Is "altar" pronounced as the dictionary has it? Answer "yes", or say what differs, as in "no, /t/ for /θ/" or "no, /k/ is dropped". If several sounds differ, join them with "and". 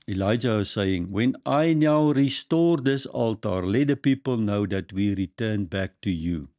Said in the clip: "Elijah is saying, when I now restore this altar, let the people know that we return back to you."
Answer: yes